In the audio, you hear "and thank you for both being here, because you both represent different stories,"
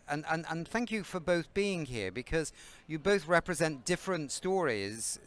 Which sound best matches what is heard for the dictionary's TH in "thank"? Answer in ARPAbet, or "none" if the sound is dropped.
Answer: TH